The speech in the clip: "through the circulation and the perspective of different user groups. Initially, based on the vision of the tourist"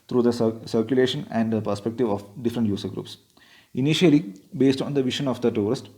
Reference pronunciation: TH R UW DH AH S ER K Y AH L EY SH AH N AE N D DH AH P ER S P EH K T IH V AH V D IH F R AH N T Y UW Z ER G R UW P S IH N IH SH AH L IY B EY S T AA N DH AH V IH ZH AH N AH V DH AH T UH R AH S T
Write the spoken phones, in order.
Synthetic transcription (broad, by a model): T R UW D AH S ER K Y AH L EY SH AH N AE N D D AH P ER S P EH K T IH V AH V D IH F R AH N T Y UW S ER G R UW P S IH N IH SH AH L IY B EY S T AA N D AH V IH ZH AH N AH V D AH T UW R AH S T